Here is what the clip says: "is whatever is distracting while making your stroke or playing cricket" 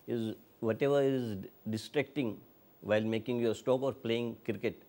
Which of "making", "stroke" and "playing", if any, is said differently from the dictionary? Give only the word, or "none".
stroke